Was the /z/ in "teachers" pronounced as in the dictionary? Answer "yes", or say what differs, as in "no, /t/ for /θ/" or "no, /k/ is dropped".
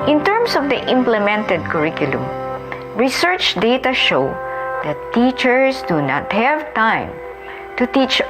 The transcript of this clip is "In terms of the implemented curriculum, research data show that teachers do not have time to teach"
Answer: no, /s/ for /z/